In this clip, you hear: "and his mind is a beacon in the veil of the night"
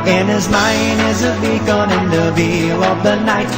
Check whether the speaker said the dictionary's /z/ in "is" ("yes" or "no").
yes